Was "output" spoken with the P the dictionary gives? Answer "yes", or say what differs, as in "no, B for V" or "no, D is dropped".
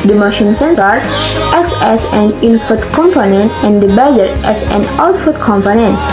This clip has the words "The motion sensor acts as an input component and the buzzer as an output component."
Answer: no, F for P